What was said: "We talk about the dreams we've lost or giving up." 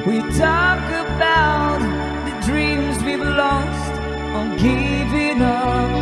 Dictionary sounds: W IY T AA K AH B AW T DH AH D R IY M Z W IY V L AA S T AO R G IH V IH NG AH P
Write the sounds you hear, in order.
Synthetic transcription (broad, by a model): W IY T AA K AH B AW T DH AH D R IY M Z W IY B L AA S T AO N G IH V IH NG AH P